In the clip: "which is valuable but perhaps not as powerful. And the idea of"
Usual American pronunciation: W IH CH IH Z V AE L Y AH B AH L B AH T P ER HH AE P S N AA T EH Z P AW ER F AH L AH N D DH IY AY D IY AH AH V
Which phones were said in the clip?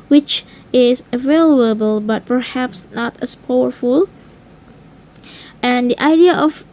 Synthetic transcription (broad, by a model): W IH CH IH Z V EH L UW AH B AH L B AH T P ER HH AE P S N AA T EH S P AW ER F AH L AH N D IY AY D IY AH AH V